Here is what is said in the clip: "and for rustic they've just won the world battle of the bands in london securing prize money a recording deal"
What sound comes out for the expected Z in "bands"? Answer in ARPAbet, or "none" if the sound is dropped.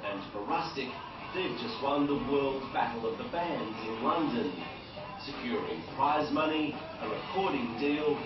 Z